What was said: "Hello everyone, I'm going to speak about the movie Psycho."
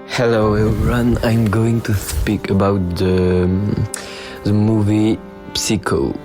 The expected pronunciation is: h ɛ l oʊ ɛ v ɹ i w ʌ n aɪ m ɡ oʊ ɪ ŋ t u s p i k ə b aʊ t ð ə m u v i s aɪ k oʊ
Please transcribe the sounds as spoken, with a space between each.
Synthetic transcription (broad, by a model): h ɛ l oʊ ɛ ɹ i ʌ n aɪ m ɡ oʊ ɪ ŋ t u s p i k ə b aʊ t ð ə m u v i s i k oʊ